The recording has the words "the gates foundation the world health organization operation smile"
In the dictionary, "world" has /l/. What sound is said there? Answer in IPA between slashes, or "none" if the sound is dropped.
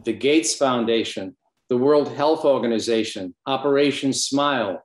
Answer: /l/